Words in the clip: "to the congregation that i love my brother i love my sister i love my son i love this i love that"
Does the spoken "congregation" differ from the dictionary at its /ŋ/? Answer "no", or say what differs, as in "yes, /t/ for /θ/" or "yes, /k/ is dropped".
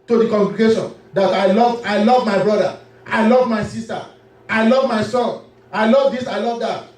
no